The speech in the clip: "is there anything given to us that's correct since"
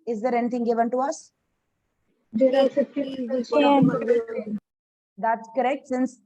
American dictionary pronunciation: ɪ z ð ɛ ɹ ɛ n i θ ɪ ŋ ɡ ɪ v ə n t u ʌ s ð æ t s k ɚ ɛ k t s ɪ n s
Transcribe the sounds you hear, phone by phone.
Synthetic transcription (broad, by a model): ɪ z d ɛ ɹ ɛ n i t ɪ ŋ ɡ ɪ v ə n t u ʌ s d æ t s k ɚ ɛ k t s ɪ n s